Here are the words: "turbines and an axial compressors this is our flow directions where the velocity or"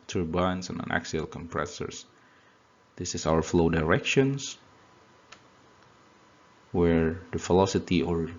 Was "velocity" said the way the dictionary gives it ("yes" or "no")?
no